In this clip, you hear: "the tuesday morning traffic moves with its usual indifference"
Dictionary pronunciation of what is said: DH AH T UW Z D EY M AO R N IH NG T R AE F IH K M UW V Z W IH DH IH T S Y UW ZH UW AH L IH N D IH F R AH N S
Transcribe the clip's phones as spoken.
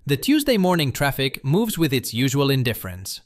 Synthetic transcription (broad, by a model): DH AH T UW Z D EY M AO R N IH NG T R AE F IH K M UW V Z W IH DH IH T S Y UW ZH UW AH L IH N D IH F R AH N S